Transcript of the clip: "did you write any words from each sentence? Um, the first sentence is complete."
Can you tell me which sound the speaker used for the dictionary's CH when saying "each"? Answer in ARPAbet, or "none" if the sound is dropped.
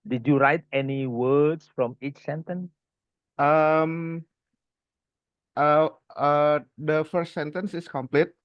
CH